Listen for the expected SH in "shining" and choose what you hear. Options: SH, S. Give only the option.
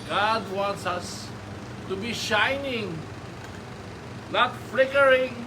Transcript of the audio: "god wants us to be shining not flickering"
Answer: SH